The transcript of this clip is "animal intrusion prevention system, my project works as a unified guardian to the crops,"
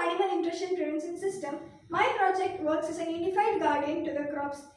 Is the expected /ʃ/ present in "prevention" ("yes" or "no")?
no